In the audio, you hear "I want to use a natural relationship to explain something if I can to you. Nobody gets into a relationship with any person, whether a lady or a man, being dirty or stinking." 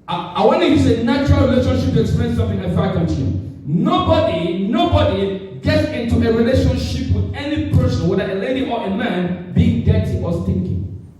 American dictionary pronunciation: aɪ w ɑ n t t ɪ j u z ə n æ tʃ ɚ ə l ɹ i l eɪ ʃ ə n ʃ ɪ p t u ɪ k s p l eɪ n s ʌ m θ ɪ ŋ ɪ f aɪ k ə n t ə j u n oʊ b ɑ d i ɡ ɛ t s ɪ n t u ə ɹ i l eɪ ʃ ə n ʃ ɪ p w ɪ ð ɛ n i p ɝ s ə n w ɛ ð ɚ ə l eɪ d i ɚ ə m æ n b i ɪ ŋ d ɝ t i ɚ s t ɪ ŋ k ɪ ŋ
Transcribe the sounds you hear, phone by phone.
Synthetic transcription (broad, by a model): aɪ w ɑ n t t ɪ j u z ə n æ tʃ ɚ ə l ɹ i l eɪ ʃ ə n ʃ ɪ p t u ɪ k s p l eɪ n s ʌ m θ ɪ ŋ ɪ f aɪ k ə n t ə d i n oʊ b ɑ d i ɡ ɛ t s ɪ n t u ə ɹ i l eɪ ʃ ə n ʃ ɪ p w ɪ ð ɛ n i p ɝ s ə n w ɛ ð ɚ ə l eɪ d i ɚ ə m æ n b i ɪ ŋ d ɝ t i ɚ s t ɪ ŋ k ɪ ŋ